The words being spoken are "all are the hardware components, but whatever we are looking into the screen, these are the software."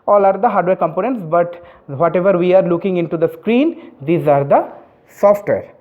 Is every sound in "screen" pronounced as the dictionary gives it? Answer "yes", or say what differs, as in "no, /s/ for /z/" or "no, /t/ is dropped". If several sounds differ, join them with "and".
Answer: yes